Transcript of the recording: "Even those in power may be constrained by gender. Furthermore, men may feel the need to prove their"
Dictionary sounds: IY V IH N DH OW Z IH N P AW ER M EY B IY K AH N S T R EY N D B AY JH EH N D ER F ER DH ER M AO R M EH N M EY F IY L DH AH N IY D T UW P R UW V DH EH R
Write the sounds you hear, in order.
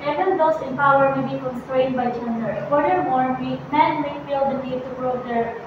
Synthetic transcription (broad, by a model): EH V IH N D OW S IH N P AW ER M EY B IY K AH N S T R EY N D B AY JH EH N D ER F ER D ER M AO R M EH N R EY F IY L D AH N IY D T UW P R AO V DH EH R